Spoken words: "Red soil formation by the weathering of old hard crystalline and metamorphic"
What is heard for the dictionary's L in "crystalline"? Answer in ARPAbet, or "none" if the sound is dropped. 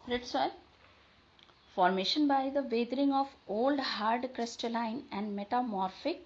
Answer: L